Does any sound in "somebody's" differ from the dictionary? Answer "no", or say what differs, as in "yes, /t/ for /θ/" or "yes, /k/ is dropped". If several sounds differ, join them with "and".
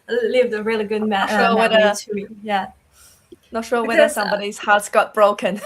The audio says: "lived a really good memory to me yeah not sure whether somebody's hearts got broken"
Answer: no